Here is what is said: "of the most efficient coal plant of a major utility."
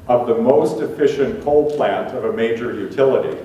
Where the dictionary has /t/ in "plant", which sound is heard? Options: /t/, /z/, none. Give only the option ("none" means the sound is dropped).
/t/